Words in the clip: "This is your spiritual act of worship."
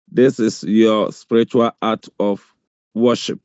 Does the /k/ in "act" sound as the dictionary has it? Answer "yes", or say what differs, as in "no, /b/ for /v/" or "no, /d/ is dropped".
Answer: no, /k/ is dropped